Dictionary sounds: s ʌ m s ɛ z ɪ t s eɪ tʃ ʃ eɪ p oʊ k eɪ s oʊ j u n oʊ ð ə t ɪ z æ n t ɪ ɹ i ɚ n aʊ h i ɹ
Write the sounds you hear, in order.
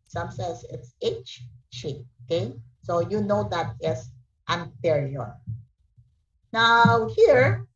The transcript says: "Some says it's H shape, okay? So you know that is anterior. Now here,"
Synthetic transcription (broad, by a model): s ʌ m s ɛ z ɪ t s eɪ tʃ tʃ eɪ oʊ k eɪ s oʊ j u n oʊ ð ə t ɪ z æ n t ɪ ɹ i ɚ n aʊ h i ɹ